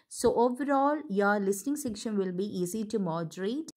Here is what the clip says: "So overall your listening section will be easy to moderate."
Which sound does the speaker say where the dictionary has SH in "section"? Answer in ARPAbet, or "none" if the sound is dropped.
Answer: SH